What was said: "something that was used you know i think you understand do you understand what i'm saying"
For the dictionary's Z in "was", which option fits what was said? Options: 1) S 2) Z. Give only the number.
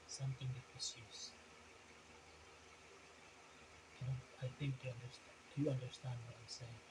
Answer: 1